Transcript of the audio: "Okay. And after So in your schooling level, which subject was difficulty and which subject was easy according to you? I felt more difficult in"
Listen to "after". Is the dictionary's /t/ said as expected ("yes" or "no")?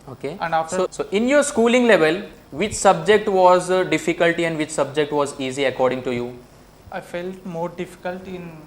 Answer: no